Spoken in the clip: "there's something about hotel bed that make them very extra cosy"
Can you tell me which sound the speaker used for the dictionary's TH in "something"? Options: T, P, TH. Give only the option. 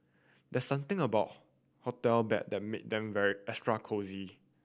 T